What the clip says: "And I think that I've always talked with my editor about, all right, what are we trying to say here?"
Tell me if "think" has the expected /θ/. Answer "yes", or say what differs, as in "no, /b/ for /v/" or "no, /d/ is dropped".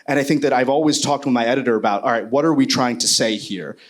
yes